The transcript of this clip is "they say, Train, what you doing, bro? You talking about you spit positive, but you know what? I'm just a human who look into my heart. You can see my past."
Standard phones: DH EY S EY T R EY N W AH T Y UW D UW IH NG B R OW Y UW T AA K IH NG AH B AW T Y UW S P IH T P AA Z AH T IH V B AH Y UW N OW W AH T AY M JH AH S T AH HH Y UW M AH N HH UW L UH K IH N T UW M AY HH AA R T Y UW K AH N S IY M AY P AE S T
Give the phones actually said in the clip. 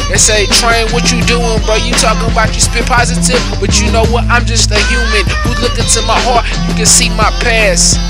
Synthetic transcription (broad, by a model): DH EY S EY T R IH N W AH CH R D UW IH NG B OW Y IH T AA K IH NG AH B AW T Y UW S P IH P AA Z AH T IH V B AH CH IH N OW W AH T AY M JH AH S T AH HH Y UW M AH N HH UW L UH K IH N T UW M AY HH AA R T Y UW K AH N S IY M AY P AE S